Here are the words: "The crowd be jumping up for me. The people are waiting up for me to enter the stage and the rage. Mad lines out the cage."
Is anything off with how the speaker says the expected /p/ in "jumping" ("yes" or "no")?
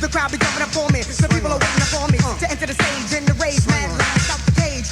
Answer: yes